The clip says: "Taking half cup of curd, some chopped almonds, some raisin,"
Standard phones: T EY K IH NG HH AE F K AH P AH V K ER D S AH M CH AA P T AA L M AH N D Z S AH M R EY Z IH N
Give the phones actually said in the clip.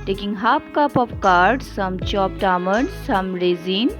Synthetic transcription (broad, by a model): T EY K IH NG HH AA P K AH P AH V K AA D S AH M CH AA P T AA M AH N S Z S AH M R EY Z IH N